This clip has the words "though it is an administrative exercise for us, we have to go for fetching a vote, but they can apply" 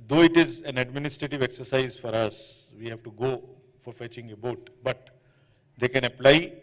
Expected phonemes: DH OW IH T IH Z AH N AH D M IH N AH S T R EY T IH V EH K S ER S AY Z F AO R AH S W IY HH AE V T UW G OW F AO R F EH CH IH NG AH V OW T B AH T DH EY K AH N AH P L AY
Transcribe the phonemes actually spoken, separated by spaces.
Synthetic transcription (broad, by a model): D OW IH T IH Z AH N AH D M IH N AH S T R EY T IH V EH K S ER S AY Z F AO R AH S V IY HH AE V T UW G OW F AO R F EH CH IH NG AH B OW T B AH T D EY K AH N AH P L AY